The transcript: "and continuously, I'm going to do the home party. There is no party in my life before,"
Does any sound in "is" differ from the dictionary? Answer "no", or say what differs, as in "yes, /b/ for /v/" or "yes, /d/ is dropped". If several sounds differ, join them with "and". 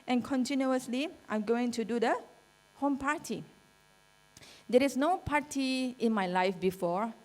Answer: yes, /s/ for /z/